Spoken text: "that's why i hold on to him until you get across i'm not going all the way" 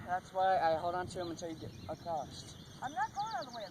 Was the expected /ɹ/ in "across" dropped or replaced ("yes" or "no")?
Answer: yes